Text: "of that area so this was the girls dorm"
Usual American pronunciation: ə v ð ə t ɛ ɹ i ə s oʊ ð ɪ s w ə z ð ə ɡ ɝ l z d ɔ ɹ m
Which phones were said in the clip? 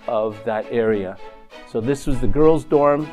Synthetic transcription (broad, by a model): ə v ð ə t ɛ ɹ i ə s oʊ ð ɪ s w ə z ð ə ɡ ɝ l z d ɔ ɹ m